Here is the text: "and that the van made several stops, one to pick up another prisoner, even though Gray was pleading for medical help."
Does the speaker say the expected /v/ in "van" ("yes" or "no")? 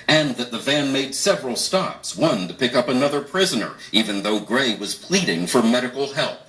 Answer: yes